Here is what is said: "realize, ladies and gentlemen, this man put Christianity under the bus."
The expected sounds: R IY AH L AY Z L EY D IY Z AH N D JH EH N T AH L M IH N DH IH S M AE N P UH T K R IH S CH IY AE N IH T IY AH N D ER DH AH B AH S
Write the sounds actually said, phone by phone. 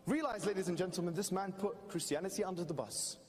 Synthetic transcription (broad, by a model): R IY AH L AY Z L EY D IY Z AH N JH EH N T L M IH N DH IH S M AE N P UH T K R IH S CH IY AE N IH T IY AH N D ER DH AH B AH S